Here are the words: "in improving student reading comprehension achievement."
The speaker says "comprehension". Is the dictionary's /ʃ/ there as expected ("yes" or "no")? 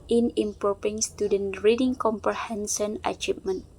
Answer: no